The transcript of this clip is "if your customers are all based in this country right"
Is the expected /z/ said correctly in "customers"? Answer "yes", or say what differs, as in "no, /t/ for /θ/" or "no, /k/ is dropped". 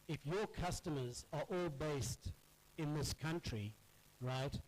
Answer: yes